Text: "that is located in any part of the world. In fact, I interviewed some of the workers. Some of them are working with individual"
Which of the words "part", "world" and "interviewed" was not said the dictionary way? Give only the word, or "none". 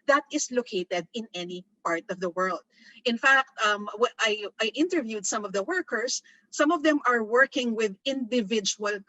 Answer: none